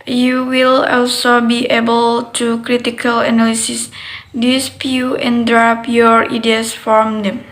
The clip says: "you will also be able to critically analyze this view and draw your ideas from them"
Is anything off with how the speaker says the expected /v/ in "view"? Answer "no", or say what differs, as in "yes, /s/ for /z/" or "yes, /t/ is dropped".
yes, /p/ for /v/